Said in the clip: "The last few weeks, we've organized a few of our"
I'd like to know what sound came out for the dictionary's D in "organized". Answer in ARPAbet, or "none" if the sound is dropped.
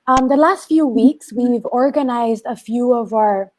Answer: D